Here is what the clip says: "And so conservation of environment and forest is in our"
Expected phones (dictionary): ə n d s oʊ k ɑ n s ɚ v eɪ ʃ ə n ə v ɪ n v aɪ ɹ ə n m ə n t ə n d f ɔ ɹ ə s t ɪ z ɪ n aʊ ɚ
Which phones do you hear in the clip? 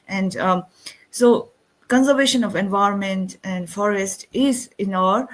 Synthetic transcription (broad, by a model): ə n d s oʊ k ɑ n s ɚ v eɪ ʃ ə n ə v ɪ n v aɪ ɹ ə n m ə n t ə n d f ɔ ɹ ə s t ɪ z ɪ n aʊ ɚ